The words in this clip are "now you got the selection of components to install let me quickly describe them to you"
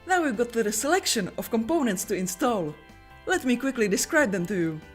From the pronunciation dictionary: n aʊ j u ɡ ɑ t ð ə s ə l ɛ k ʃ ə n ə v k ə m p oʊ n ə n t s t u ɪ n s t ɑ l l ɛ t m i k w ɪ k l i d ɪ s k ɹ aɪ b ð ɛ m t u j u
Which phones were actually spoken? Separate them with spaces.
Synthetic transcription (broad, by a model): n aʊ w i ɡ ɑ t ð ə s ə l ɛ k ʃ ə n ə f k ə m p oʊ n ə n t s t u ɪ n s t ɑ l l ɛ t m i k w ɪ k l i d ɪ s k ɹ aɪ b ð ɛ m t u j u